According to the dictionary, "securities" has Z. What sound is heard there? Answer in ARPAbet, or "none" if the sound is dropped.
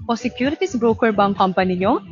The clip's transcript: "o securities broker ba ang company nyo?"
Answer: S